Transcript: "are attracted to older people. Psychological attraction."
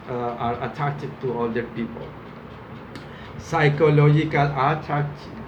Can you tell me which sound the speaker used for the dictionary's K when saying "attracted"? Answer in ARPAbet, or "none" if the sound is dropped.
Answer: none